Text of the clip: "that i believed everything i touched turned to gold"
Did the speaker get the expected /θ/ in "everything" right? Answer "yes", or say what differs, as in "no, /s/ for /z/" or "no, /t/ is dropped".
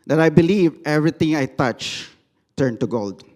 no, /t/ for /θ/